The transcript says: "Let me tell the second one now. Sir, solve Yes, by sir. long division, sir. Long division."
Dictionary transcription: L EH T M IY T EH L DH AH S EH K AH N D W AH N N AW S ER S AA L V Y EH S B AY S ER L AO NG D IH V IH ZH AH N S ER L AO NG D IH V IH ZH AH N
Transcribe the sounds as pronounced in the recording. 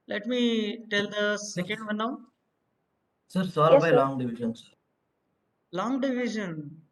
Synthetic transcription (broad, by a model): L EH T M IY T EH L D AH S EH K AH N D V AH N N AW S ER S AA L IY B AY L AO NG D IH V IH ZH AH N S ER L AO NG D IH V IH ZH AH N